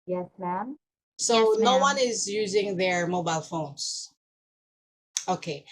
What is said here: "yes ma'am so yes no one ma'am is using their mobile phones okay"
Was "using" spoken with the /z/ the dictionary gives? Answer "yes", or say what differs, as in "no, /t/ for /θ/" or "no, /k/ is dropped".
yes